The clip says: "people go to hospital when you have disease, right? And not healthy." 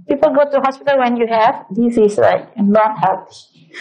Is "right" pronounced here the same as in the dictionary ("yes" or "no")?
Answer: no